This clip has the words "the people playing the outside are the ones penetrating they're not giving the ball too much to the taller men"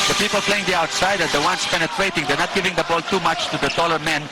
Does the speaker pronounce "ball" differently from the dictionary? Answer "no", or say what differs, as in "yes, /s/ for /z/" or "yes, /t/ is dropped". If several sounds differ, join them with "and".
no